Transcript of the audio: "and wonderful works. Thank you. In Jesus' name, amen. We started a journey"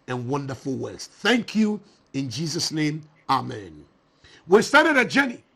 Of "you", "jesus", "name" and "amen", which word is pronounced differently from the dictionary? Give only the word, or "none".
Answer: none